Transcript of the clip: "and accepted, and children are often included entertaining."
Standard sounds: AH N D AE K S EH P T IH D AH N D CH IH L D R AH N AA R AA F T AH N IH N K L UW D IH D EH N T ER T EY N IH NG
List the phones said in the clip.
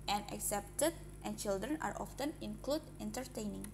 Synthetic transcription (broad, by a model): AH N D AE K S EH P T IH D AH N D CH IH L D R AH N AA R AA F T AH N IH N K L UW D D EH N T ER T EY N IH NG